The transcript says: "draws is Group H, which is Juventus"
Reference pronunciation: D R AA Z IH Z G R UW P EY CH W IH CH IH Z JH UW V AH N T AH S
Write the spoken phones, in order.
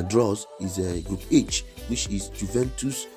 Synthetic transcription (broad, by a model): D R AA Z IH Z G R UW P EY CH W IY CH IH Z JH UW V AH N T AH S